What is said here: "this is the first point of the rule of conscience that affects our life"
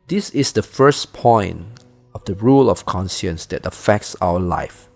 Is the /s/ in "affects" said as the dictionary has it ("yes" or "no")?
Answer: yes